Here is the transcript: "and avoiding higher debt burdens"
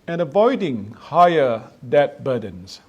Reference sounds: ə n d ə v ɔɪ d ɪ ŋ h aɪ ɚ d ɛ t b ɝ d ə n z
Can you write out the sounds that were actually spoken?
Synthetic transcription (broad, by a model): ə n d ə v ɔɪ d ɪ ŋ h aɪ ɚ d ɛ t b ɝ d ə n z